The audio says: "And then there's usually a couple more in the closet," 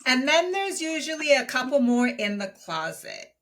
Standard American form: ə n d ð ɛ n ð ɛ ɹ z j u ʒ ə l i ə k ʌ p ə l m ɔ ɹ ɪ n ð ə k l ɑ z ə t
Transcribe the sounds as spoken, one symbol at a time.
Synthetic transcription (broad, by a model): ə n ð ɛ n ð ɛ ɹ z j u ʒ ə l i ə k ʌ p l m ɔ ɹ ɪ n ð ə k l ɑ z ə t